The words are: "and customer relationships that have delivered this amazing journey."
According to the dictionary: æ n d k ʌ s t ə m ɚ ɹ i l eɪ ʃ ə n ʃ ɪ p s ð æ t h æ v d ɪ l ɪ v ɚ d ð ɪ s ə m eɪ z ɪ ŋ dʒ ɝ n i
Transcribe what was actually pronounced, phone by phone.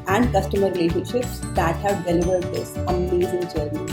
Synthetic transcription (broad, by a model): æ n d k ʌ s t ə m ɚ ɹ i l eɪ ʃ ə n ʃ ɪ p s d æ t h æ v d ɪ l ɪ v ɚ d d ɪ s ə m eɪ z ɪ ŋ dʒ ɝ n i